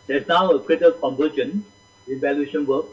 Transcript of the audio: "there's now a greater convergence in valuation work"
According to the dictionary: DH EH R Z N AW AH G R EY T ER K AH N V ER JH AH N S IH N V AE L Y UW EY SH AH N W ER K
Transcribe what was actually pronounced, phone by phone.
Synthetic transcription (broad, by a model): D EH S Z N AW AH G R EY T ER K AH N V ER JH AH N IH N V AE L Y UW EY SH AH N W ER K